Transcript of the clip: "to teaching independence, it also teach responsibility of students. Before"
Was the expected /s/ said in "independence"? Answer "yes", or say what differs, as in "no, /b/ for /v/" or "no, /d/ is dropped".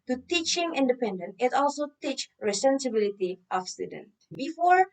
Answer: no, /s/ is dropped